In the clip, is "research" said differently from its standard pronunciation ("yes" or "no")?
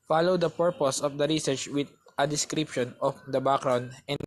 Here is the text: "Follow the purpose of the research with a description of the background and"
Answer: no